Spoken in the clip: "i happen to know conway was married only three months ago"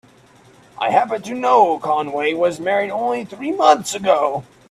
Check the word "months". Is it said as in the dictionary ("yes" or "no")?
yes